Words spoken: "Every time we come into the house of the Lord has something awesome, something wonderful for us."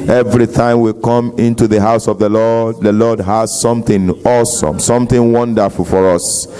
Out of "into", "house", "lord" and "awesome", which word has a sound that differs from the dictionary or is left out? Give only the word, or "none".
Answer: lord